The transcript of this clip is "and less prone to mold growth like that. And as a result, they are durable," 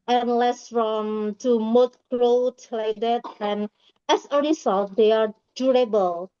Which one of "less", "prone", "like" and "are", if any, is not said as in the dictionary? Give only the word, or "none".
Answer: prone